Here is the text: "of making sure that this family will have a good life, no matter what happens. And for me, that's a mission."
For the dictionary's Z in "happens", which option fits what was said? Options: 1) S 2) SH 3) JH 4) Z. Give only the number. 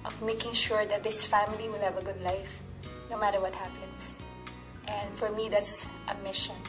1